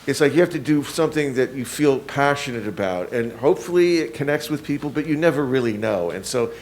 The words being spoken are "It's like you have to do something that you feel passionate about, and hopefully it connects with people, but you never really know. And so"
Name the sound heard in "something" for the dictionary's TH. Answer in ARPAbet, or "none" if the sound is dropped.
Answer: TH